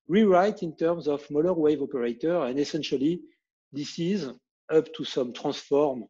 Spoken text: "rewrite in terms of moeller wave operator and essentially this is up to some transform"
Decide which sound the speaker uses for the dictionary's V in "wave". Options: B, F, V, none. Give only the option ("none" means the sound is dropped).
V